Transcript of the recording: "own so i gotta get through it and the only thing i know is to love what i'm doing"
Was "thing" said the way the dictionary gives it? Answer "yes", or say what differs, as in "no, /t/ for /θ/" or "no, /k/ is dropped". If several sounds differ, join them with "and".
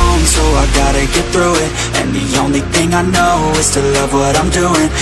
yes